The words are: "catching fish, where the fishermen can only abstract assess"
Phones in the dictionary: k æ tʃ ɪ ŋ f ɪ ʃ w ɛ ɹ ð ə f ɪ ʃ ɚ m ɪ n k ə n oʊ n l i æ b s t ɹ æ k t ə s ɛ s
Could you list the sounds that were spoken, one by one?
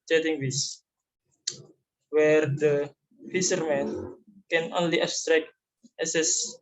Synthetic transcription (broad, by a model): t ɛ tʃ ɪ ŋ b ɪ s w ɛ ɹ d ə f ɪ s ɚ m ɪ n k ə n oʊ n l i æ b s t ɹ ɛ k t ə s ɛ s